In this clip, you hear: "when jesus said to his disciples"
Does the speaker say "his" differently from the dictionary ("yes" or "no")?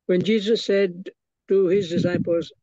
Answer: no